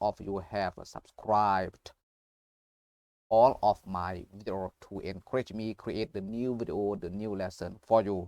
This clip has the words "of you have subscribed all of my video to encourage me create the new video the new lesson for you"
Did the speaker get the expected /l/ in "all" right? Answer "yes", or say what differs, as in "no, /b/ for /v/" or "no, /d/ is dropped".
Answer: yes